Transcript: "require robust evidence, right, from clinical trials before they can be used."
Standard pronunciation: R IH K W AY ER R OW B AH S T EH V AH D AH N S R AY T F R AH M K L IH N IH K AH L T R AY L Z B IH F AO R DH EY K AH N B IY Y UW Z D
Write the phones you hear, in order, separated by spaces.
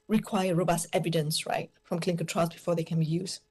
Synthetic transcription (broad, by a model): R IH K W AY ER R OW B AH S T EH V AH D AH N S R AY T F R AH M K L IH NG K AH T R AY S B IH F AO R DH EY K AH N B IY Y UW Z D